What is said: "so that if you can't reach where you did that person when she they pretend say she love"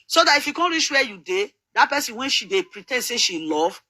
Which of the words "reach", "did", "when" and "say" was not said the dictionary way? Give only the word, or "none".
reach